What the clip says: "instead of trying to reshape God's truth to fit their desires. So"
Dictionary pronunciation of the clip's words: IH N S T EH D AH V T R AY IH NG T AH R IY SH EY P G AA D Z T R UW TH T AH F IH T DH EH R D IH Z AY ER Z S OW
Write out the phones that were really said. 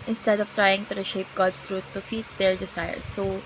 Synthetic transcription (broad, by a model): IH N S T EH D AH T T R AY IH NG T AH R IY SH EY P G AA D S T R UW T AH F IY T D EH R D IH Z AY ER S OW